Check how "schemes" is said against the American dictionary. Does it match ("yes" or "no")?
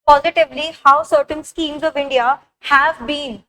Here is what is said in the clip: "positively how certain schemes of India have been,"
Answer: yes